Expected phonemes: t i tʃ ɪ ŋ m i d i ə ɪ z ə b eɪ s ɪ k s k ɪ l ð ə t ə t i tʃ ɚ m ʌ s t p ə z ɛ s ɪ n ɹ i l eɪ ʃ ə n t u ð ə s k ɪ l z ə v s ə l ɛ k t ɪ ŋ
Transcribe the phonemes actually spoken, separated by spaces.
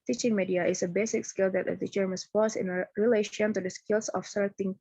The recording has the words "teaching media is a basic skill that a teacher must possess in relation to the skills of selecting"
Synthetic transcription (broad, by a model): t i tʃ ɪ ŋ m i d i ə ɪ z ə b eɪ s ɪ k s k ɪ l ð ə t ə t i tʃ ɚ m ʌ s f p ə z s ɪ n ɹ i l eɪ ʃ ə n t u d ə s k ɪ l s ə f s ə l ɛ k t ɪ ŋ